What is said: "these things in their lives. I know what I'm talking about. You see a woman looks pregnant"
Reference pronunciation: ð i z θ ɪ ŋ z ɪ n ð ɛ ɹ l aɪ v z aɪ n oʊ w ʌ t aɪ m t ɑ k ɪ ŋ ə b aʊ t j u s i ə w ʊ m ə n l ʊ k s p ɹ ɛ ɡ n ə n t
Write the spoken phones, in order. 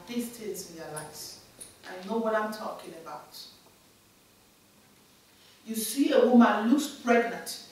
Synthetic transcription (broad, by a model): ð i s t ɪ z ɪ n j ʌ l aɪ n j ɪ n oʊ w ʌ t aɪ m t ɑ k ɪ ŋ ə b aʊ t j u s i ə w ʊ m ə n l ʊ k s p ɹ ɛ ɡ n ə n t